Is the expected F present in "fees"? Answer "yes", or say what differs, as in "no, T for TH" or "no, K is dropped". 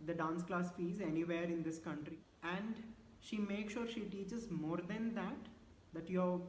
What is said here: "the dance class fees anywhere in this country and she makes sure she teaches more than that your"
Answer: yes